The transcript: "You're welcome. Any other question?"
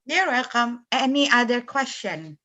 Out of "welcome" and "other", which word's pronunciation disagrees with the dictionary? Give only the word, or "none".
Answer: welcome